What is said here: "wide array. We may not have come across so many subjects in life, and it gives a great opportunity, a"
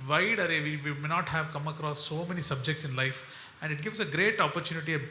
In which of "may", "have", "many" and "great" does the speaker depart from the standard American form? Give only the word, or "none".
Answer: none